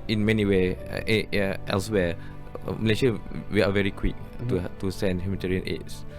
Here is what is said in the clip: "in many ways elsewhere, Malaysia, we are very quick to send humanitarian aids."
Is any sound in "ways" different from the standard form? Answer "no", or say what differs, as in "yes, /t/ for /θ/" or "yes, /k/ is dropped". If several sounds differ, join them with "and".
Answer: yes, /z/ is dropped